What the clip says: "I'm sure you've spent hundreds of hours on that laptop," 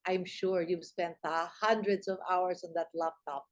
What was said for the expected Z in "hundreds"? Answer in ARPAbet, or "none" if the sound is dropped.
S